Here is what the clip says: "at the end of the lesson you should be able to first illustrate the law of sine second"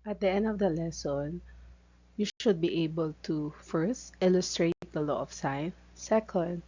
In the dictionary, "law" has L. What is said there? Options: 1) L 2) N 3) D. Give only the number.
1